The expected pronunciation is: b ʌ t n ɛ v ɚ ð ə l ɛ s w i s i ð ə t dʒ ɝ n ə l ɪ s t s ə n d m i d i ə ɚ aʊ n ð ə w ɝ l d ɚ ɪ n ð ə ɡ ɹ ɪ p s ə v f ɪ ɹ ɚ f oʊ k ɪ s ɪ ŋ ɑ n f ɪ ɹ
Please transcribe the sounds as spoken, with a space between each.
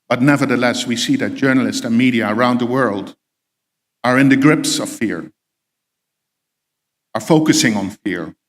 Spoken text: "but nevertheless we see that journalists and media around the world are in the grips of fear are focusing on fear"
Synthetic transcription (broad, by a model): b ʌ t n ɛ v ɚ ð ə l ɛ s w i s i ð ə t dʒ ɝ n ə l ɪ s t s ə n m i d i ə ɚ aʊ n ð ə w ɝ l d ɚ ɪ n ð ə ɡ ɹ ɪ p s ə v f ɪ ɹ ɚ f oʊ k ɪ s ɪ ŋ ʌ n f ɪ ɹ